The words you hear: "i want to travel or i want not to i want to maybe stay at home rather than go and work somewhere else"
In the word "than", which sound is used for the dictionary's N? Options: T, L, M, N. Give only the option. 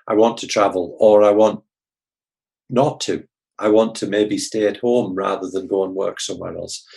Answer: N